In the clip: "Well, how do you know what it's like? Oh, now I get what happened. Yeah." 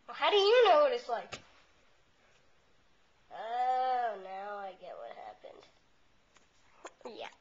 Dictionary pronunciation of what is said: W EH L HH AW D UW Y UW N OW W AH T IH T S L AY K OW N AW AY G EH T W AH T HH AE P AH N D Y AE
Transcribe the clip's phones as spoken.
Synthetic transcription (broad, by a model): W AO HH AW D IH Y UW N OW W AH T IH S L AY OW N AW AY G EH T W AH T HH AE P AH N D Y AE